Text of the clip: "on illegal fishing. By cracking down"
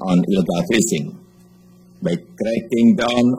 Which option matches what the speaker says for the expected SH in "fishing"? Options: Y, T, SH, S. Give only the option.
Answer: S